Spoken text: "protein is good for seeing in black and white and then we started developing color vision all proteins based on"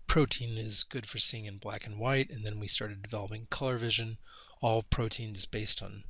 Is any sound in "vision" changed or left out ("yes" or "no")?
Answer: no